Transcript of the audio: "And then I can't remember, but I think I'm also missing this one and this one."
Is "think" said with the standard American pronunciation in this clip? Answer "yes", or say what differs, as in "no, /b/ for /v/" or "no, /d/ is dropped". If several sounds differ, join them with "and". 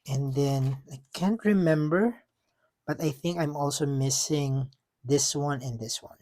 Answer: yes